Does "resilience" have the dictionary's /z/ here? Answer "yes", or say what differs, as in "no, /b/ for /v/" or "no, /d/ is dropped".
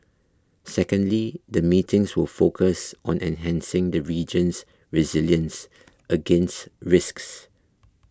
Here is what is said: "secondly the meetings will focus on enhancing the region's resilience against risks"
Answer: yes